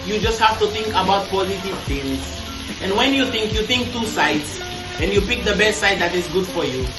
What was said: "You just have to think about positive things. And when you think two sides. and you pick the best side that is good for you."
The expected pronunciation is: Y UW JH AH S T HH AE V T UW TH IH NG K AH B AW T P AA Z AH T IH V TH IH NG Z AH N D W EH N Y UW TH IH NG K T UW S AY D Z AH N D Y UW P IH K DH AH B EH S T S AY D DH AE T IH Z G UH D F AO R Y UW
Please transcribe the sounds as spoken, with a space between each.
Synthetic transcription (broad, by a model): Y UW JH AH S T HH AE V T UW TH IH NG K AH B AW T P AA Z AH T IH V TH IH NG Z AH N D W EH N Y UW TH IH NG K T UW S AY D S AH N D Y UW P IH K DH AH B EH S T S AY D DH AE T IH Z G UH D F AO R Y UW